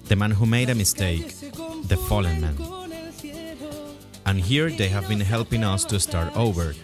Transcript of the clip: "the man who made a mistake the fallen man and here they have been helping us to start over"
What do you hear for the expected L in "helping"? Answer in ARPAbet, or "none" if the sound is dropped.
L